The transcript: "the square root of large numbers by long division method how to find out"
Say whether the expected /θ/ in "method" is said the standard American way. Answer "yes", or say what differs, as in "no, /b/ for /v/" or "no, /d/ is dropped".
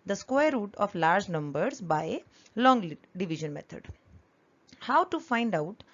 no, /t/ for /θ/